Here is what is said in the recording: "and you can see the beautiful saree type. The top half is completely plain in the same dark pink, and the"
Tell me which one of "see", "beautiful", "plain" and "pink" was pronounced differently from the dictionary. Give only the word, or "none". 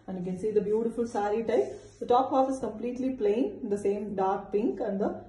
plain